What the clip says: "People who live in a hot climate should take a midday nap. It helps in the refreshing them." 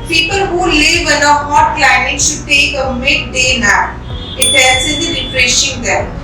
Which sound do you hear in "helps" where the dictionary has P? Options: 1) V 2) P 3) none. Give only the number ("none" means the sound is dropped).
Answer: 3